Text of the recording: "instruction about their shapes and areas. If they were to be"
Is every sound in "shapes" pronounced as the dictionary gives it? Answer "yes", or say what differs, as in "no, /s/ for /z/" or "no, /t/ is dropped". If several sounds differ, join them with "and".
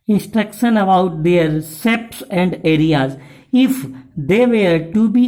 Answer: no, /s/ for /ʃ/